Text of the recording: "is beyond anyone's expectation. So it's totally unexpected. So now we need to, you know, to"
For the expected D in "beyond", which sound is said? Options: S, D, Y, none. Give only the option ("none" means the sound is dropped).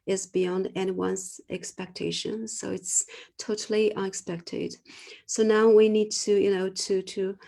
D